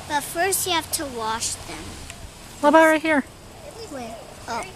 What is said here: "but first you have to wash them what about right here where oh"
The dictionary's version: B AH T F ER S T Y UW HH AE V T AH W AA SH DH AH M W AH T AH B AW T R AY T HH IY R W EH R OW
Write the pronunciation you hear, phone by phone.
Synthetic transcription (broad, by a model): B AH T F ER S T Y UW HH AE F T AH W AA SH DH AH M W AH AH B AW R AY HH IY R R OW